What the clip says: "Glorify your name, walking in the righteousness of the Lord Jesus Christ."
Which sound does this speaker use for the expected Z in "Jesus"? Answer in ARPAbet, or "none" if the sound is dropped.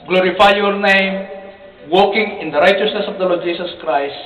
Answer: S